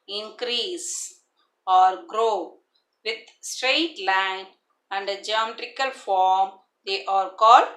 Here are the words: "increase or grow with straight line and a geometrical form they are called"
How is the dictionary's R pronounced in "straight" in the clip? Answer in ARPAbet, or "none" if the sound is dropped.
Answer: R